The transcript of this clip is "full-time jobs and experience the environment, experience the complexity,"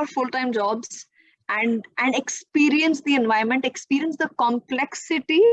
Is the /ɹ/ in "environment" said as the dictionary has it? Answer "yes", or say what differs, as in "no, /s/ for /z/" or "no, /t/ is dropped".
no, /ɹ/ is dropped